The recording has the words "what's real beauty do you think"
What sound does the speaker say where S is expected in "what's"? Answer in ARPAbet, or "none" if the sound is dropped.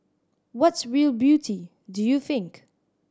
S